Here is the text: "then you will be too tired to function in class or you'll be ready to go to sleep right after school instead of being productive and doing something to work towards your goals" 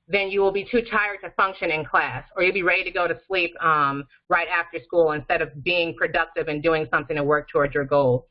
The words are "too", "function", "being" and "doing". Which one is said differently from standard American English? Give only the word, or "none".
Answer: none